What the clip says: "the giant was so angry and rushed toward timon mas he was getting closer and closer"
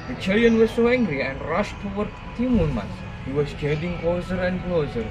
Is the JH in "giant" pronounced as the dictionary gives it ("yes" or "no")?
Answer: no